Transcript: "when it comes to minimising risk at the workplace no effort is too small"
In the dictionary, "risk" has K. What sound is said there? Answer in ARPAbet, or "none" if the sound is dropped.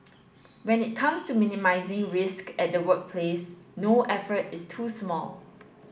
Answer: K